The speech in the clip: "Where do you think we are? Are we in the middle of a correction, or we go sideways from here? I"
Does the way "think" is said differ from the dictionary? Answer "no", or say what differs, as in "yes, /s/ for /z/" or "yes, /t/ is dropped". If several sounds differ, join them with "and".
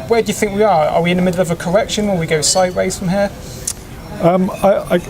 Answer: no